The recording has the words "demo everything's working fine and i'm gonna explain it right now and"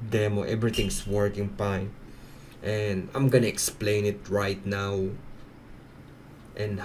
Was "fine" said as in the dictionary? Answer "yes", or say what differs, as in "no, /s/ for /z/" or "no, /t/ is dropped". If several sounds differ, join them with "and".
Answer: no, /p/ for /f/